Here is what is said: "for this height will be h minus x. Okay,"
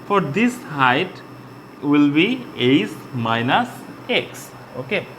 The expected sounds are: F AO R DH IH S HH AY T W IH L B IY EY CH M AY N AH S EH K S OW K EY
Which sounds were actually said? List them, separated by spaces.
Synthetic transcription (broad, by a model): F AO R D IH S HH AY T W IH L B IY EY S M AY N AH S EH K S OW K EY